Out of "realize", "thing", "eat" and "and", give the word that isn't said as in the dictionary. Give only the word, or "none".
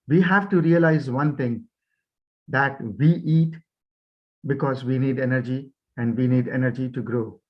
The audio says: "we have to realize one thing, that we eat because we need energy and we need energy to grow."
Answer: thing